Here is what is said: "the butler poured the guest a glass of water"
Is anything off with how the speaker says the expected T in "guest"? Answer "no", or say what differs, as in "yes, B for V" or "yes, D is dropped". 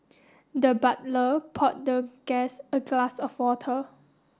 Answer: yes, T is dropped